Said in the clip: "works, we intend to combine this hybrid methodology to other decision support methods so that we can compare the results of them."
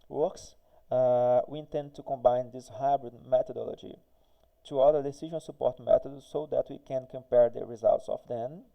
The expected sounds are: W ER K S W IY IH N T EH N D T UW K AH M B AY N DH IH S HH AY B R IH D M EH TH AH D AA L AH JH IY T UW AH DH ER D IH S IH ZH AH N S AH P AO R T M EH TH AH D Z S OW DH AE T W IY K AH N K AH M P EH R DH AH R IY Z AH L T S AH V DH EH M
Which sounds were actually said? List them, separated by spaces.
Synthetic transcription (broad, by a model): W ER K S W IY IH N T EH N D T UW K AH M B AY N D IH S HH AY B R IH D M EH T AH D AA L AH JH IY T UW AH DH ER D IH S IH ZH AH N S AH P AO R T M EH T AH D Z S OW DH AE T W IY K AH N K AH M P EH R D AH R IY Z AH L T S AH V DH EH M